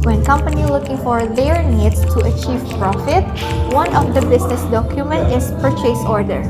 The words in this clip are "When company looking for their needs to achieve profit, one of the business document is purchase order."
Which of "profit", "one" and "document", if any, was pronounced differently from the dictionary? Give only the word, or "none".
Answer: none